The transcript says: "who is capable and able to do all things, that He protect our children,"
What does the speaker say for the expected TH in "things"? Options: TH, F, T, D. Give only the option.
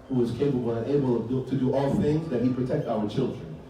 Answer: TH